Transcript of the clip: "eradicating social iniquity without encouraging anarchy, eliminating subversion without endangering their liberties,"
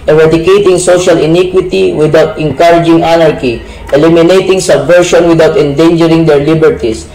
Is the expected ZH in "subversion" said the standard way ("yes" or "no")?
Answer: no